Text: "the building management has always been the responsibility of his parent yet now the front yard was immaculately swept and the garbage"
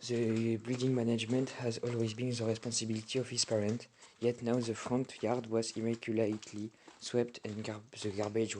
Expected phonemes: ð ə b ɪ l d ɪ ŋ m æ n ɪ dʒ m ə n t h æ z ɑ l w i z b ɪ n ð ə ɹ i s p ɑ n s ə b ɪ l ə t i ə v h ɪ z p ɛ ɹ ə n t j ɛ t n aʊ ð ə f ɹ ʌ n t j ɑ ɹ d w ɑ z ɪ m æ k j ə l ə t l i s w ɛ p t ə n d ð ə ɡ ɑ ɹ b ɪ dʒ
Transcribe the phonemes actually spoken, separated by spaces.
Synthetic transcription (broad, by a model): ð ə b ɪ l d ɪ ŋ m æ n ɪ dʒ m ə n t h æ z ɑ l w i z b ɪ n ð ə ɹ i s p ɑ n s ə b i l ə t i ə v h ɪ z p ɛ ɹ ə n t j ɛ t n aʊ ð ə f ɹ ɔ n t j ɑ ɹ d w ɑ z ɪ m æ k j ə l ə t l i s w ɛ p t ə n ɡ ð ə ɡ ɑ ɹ b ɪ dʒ